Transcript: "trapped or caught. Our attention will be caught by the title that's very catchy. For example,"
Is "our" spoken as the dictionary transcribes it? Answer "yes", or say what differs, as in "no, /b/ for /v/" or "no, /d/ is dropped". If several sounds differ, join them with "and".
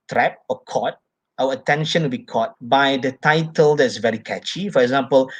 no, /w/ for /ɹ/